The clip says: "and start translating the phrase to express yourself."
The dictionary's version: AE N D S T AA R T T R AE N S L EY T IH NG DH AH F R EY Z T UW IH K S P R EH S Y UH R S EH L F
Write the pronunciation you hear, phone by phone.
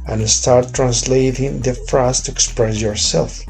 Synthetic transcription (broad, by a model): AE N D S T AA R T T R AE N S L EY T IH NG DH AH F R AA S T UW IH K S P R EH S Y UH R S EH L F